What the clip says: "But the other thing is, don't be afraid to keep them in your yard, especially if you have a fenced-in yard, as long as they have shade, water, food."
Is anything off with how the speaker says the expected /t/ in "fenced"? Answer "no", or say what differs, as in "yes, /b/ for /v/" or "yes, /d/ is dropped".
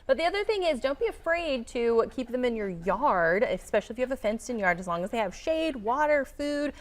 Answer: no